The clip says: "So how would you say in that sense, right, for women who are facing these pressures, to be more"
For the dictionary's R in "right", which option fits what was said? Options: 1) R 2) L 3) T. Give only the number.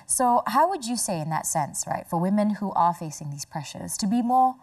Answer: 1